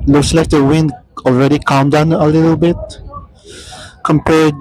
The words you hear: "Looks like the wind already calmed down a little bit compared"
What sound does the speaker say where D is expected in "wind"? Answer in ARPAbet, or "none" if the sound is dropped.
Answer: D